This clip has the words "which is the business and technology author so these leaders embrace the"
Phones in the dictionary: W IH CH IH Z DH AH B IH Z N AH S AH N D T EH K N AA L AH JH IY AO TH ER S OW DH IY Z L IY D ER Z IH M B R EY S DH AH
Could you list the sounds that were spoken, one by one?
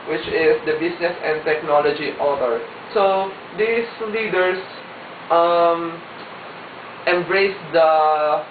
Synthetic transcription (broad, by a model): W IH CH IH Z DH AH B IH S N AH S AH N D T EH K N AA L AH JH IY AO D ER S OW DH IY S L IY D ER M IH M B R EY S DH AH